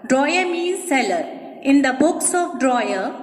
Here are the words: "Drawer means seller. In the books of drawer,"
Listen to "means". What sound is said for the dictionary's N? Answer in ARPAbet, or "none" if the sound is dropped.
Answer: none